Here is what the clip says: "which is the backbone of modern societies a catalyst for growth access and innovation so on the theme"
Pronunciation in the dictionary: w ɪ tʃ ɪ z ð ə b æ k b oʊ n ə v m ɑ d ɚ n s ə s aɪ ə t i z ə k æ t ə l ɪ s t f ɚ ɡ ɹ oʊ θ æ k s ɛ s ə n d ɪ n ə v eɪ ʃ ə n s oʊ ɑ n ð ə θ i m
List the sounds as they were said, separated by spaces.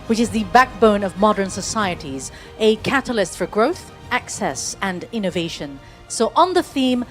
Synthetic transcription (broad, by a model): w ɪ tʃ ɪ z ð ə b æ k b oʊ n ə v m ɑ d ɚ n s ə s aɪ ə t i z ə k æ t ə l ɪ s t f ɚ ɡ ɹ oʊ θ æ k s ɛ s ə n ɪ n ə v eɪ ʃ ə n s oʊ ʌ n ð ə θ i m